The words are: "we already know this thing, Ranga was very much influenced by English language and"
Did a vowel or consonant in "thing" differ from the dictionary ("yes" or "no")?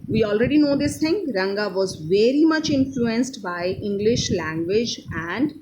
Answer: yes